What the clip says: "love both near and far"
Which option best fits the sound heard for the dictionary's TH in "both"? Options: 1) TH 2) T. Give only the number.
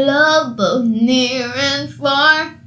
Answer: 1